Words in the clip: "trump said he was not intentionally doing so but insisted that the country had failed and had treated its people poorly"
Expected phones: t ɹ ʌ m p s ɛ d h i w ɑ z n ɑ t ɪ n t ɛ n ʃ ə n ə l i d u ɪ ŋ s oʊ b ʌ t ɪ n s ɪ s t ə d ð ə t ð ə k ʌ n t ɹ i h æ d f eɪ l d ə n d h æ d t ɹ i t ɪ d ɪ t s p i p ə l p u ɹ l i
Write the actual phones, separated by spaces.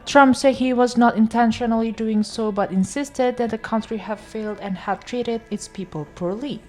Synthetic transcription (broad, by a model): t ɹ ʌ m p s ɛ d h i w ɑ z n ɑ t ɪ n t ɛ n ʃ ə n ə l i d u ɪ ŋ s oʊ b ʌ t ɪ n s ɪ s t ə d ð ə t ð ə k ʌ n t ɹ i h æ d f eɪ l d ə n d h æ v t ɹ i t ɪ d ɪ t s p i p ə l p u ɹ l i